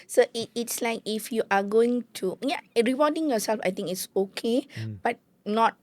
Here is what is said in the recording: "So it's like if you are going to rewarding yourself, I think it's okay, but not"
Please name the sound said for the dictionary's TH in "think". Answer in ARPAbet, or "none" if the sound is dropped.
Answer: T